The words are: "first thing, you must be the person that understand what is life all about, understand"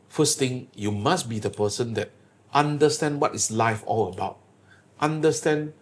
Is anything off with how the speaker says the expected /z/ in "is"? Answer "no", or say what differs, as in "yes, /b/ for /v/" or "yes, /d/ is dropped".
yes, /s/ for /z/